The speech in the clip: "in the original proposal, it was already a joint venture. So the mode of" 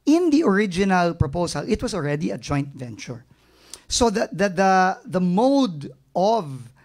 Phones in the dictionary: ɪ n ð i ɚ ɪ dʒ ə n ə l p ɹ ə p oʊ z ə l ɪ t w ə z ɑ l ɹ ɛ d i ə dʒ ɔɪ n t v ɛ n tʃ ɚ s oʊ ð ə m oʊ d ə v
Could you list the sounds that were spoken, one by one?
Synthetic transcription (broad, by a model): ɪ n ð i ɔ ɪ dʒ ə n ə l p ɹ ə p oʊ s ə l ɪ t w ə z ɑ l ɹ ɛ d i ə dʒ ɔɪ n t v ɛ n tʃ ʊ s oʊ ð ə m oʊ d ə v